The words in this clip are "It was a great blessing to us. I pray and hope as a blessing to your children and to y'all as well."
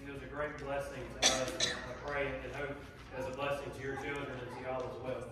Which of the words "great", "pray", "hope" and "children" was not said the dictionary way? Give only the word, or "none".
hope